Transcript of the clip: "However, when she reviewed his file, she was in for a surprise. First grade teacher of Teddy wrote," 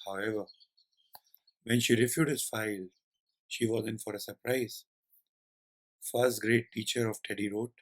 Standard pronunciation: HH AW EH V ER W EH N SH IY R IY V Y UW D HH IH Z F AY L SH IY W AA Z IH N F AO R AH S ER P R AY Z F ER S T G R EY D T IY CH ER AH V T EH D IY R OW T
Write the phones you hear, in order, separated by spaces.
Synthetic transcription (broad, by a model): HH AW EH V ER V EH N SH IY R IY F Y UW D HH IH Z F AY L SH IY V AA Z IH N F AO R AH S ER P R AY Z F ER S T G R EY T IY CH ER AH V T EH D IY R OW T